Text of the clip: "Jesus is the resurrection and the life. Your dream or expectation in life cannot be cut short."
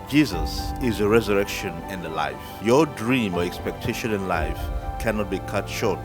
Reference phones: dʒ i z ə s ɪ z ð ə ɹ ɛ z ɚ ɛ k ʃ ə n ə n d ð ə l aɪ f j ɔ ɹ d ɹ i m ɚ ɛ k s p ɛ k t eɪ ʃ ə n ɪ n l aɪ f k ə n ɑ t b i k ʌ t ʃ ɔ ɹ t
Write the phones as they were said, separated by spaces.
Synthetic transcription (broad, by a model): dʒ i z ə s ɪ z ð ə ɹ ɛ z ɚ ɛ k ʃ ə n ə n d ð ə l aɪ f j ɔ d ɹ i m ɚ ɛ k s p ɛ k t eɪ ʃ ə n ɪ n l aɪ f k ə n ɑ t b i k ʌ t ʃ ɔ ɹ t